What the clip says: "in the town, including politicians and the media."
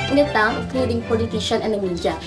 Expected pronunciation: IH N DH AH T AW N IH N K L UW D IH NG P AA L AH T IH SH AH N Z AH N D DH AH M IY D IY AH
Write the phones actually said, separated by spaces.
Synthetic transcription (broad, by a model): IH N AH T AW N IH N K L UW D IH NG P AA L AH T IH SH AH N AH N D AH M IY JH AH